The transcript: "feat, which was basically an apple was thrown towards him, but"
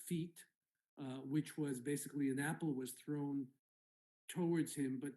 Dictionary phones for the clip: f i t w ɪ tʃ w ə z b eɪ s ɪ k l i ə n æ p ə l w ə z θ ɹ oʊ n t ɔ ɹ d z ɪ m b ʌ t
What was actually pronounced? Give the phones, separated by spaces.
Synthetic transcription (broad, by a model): f i t w ɪ tʃ w ə z b eɪ s ɪ k l i ə n æ p l w ə z θ ɹ oʊ n t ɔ ɹ d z ɪ m b ʌ t